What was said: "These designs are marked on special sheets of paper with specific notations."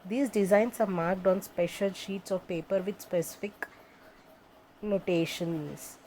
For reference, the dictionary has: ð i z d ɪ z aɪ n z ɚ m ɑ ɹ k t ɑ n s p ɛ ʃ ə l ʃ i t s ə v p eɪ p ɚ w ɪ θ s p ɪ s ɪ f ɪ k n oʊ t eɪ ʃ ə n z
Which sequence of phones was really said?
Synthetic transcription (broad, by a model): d i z d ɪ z aɪ n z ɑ m ɑ ɹ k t ɑ n s p ɛ ʃ ə l ʃ i t s ə v p eɪ p ɚ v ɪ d s p ɪ s ɪ f ɪ k n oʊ t eɪ ʃ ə n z